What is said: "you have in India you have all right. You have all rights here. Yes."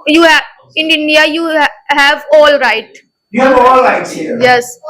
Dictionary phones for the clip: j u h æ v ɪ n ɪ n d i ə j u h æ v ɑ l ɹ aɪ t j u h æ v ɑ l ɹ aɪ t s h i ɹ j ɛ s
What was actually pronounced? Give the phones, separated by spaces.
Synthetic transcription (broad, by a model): j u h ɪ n ɪ n d i ə j u h æ v ɑ l ɹ aɪ t j u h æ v ɑ l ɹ aɪ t h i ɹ j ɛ s